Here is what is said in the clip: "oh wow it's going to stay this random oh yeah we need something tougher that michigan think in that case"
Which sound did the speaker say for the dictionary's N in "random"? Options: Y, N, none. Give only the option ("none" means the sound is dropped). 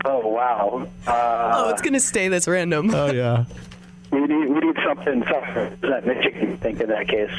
N